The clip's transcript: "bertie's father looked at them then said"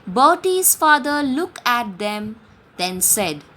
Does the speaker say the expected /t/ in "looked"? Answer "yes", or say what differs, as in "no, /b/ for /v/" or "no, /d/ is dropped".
no, /t/ is dropped